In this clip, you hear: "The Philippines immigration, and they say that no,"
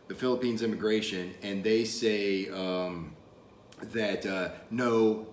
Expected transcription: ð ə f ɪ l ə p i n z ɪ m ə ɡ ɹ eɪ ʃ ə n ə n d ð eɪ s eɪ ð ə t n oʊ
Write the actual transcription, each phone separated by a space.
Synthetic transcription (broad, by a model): ð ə f ɪ l ə p i n z ɪ m ə ɡ ɹ eɪ ʃ ə n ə n ð eɪ s eɪ ð ə t n oʊ